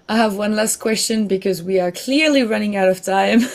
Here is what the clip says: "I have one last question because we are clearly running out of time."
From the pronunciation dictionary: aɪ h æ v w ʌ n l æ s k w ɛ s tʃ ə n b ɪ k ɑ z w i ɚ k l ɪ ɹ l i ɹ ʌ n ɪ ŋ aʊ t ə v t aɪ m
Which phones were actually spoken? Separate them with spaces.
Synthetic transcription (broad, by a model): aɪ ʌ v w ʌ n l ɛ s k w ɛ s tʃ ə n b ɪ k ɑ z w i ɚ k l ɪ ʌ l i ɹ ʌ n ɪ ŋ aʊ t ə v t aɪ m